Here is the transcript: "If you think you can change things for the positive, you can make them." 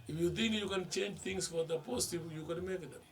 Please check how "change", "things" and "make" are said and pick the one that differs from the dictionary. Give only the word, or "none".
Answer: things